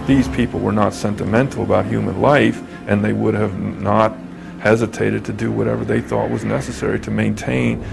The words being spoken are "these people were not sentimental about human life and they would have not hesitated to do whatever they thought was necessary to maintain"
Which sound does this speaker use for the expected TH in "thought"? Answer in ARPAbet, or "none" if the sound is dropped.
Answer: TH